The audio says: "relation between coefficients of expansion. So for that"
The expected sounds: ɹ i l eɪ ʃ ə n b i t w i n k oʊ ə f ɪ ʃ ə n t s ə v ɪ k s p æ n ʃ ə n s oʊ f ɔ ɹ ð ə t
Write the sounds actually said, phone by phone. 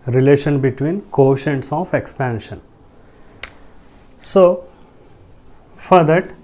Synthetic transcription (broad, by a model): ɹ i l eɪ ʃ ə n b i t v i n k oʊ ʃ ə n s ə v ɪ k s p æ n ʃ ə n s oʊ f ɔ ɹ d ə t